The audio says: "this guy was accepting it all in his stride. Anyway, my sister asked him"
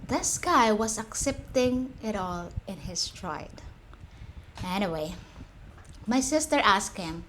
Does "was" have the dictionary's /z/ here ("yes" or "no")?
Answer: no